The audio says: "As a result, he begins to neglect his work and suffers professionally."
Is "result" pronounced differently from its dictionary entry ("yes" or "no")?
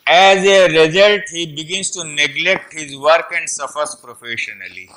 no